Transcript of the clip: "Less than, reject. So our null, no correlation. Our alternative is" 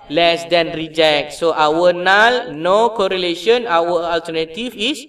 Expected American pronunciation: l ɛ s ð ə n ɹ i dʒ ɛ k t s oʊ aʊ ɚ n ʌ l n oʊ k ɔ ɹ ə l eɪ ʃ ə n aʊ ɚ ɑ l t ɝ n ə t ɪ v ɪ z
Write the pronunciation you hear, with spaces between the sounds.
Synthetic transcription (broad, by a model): l ɛ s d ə n ɹ i dʒ ɛ k t s oʊ aʊ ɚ n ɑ l n oʊ k ɔ ɹ ə l eɪ ʃ ə n aʊ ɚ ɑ l t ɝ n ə t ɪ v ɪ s